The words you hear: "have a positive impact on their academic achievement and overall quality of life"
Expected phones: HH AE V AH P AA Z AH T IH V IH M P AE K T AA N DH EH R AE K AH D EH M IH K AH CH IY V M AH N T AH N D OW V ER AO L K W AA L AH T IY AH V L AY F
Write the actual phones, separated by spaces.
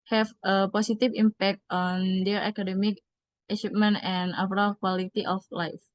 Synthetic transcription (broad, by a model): HH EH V AH P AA S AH T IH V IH M P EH K T AA N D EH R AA K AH D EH M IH K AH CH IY P M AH N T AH N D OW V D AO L K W AA L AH T IY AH F L AY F